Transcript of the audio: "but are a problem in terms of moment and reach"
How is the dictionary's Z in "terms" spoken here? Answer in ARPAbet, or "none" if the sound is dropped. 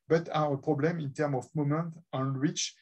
none